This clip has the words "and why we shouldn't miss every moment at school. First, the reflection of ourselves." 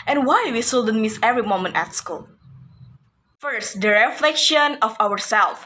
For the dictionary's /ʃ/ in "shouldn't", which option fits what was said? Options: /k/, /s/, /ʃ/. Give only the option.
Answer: /s/